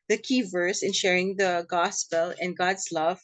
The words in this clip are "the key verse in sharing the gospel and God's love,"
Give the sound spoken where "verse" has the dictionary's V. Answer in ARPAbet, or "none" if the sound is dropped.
V